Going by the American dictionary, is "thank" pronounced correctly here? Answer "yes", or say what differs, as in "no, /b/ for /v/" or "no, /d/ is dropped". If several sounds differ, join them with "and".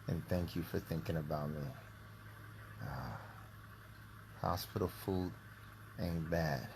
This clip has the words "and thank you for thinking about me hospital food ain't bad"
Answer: yes